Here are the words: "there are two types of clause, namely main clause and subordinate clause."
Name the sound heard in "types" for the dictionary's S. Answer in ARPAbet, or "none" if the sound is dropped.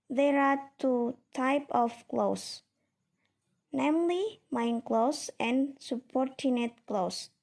none